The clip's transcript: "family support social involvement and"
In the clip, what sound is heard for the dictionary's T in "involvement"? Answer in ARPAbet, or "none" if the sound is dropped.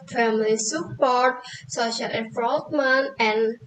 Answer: none